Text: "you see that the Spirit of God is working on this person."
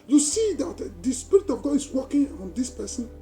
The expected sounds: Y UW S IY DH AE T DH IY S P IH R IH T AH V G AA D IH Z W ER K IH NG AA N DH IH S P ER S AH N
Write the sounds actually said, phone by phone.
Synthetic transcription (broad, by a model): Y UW S IY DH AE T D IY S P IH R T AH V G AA IH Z W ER K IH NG AA N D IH S P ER S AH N